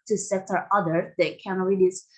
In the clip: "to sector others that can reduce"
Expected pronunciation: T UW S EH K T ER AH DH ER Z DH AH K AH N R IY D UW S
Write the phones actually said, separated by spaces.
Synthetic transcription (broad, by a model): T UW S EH T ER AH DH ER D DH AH K AH N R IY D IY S